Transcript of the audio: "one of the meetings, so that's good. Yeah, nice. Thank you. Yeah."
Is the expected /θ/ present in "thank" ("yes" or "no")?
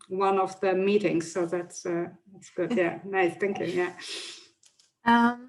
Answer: yes